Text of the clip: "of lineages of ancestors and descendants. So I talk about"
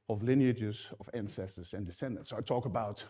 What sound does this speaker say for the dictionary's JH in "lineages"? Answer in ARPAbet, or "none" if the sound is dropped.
JH